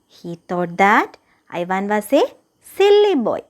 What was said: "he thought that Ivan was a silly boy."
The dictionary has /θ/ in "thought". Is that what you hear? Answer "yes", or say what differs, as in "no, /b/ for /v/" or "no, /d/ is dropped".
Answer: no, /t/ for /θ/